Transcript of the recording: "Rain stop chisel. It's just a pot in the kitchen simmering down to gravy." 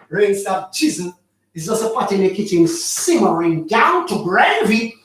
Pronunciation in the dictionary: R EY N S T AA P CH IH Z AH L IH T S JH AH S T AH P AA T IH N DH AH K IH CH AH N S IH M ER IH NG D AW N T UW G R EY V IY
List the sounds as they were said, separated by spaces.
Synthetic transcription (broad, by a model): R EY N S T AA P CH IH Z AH N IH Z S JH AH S AH P AA T IH N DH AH K IH CH AH N S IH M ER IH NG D AW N T UW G R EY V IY